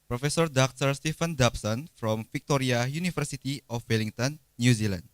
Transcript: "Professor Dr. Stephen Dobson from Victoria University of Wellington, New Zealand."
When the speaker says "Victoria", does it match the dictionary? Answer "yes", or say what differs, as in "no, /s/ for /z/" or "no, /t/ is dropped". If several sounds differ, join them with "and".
no, /f/ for /v/